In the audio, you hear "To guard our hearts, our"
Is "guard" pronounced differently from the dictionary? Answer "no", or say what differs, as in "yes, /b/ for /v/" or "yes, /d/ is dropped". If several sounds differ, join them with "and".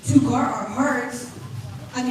yes, /d/ is dropped